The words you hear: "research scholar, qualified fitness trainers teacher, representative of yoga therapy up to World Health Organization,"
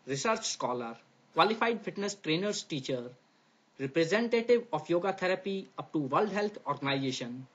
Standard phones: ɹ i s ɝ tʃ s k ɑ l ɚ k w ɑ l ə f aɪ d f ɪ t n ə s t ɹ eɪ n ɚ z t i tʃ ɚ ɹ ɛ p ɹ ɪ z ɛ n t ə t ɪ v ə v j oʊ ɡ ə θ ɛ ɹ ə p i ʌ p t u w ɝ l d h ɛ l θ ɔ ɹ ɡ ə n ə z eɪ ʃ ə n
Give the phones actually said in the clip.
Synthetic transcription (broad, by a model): ɹ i s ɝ tʃ s k ɑ l ɚ k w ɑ l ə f aɪ d f ɪ t n ə s t ɹ eɪ n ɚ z t i tʃ ɚ ɹ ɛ p ɹ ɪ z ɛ n t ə t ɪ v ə f j oʊ ɡ ə t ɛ ɹ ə p i ʌ p t u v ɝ l d h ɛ l t ɔ ɹ ɡ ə n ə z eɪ ʃ ə n